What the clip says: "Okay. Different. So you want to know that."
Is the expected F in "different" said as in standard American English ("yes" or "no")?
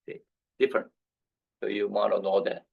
yes